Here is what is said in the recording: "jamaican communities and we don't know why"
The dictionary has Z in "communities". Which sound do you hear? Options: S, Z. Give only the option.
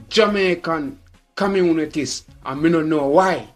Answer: S